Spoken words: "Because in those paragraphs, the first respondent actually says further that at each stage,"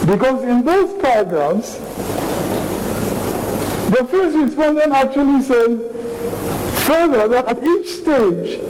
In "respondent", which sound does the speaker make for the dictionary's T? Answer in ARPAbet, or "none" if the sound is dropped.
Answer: none